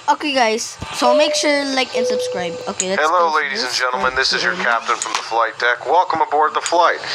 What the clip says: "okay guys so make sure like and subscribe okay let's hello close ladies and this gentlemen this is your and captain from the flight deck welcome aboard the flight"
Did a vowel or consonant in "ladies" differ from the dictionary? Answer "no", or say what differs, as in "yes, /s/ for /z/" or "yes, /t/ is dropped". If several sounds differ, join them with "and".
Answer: no